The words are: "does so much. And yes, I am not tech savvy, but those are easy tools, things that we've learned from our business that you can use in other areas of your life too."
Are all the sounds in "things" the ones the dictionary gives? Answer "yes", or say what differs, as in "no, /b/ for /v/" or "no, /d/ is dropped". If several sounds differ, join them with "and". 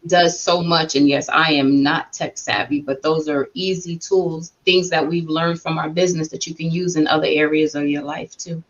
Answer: yes